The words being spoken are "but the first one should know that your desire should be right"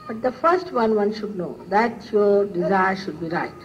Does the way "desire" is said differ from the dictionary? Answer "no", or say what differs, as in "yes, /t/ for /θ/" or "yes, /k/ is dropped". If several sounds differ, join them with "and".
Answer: no